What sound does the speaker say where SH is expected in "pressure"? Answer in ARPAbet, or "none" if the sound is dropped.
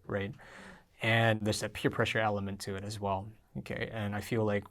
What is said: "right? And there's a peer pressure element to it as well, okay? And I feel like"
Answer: SH